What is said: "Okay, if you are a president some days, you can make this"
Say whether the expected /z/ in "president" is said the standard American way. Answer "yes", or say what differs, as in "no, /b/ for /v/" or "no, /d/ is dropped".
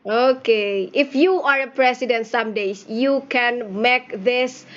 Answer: no, /s/ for /z/